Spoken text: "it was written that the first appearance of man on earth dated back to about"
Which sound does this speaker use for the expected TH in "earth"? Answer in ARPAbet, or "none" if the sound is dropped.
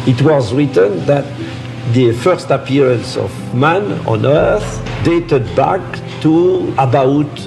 TH